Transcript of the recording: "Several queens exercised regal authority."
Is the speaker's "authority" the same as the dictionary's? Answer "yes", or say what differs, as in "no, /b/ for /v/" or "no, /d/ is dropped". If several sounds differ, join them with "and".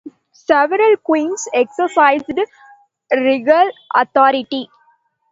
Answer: no, /t/ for /θ/